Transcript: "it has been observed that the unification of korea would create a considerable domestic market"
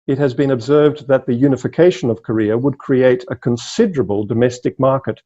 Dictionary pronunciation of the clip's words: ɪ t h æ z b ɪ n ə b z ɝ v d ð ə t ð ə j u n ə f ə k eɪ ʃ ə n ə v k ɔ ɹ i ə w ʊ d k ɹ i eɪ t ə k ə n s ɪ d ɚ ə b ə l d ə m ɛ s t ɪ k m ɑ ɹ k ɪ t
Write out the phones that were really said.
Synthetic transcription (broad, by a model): ɪ t h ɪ z b ɪ n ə b z ɝ v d ð ə t ð ə j u n ə f ə k eɪ ʃ ə n ə v k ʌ ɹ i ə w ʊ d k ɹ i eɪ t ə k ə n s ɪ d ɚ ə b ə l d ə m ɛ s t ɪ k m ɑ ɹ k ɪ t